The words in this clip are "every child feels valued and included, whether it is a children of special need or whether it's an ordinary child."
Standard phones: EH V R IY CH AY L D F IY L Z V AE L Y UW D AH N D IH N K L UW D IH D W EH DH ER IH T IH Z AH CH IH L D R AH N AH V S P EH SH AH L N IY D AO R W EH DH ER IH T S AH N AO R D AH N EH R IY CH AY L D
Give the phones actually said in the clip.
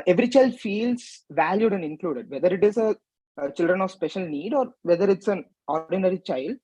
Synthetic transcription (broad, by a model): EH V R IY CH AY L D F IY L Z V AE L Y UW D AH N D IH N K L UW D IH D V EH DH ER IH T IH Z AH CH IH L D R AH N AH V S P EH SH AH L N IY D AO R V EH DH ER IH T S AH N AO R D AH N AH R IY CH AY L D